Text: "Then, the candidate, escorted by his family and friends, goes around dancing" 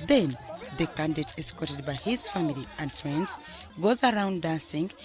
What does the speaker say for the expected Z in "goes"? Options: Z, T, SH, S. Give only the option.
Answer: Z